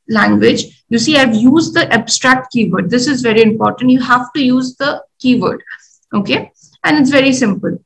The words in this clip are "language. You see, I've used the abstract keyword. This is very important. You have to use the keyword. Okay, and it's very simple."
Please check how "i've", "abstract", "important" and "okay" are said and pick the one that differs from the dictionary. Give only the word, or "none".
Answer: none